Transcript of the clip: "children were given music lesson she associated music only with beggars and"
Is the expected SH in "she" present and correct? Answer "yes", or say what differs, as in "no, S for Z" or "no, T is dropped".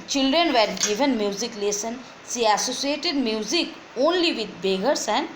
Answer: no, S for SH